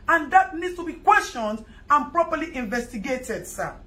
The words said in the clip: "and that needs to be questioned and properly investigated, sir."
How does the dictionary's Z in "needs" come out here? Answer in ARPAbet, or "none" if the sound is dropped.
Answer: S